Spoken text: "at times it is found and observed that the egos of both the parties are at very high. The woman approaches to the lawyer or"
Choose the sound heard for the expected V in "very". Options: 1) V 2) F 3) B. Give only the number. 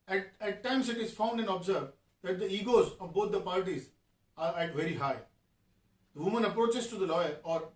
1